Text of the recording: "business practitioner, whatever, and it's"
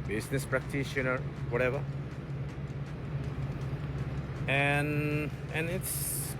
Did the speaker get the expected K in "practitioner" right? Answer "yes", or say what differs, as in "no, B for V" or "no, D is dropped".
yes